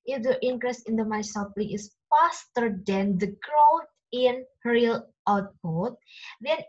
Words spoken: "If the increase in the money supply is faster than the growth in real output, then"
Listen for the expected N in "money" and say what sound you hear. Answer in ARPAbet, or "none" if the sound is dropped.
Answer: none